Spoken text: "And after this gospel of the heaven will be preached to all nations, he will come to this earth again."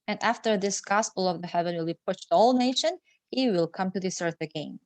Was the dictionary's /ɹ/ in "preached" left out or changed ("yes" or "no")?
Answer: yes